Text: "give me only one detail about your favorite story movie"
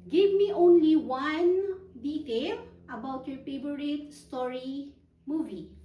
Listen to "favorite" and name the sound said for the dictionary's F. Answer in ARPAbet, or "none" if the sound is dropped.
P